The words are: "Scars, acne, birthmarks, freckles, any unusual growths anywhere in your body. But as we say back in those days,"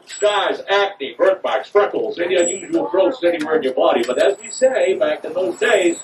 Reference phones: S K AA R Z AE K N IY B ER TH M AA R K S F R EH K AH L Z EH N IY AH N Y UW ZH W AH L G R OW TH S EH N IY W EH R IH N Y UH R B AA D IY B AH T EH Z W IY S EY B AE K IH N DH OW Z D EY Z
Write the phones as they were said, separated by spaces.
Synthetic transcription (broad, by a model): S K AA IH Z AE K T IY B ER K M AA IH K S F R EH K L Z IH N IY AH Y UW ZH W L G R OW T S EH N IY W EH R IH N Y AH R B AA D IY B AH T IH Z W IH S EY B AE K IH N DH OW Z D EY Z